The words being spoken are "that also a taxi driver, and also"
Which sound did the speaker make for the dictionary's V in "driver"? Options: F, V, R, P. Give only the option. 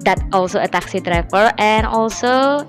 F